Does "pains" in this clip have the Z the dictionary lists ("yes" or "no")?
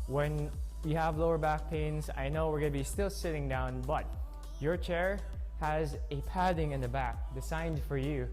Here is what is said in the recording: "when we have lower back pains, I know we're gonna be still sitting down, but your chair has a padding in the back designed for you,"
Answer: yes